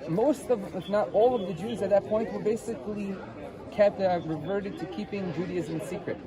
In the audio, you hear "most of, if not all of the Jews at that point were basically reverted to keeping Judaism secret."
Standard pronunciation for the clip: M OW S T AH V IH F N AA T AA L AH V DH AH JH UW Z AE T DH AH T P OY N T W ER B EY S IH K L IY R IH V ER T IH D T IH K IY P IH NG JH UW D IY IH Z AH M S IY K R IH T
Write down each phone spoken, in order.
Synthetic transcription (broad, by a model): M OW S T AH V IH F N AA T AA L AH V DH AH JH UW Z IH T DH AH T P OY N T W ER B EY S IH K L IY R IH V ER T IH D T IH K IY P IH NG JH UW D IY IH Z AH M S IY K R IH T